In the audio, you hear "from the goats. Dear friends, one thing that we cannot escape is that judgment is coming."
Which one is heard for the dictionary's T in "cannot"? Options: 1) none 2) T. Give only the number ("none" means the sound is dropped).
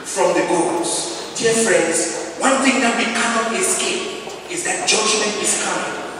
1